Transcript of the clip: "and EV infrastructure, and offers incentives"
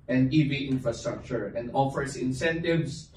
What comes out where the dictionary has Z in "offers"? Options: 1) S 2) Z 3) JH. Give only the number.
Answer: 1